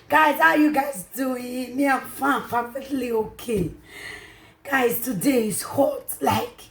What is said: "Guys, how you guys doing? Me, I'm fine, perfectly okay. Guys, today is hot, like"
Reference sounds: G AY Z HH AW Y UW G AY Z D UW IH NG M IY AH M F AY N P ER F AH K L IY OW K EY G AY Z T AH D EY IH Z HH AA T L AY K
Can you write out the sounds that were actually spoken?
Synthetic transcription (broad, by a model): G AY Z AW Y UW G AY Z D UW IH NG M IY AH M F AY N F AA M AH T L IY OW K EY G AY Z T AH D EY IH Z HH AA T L AY K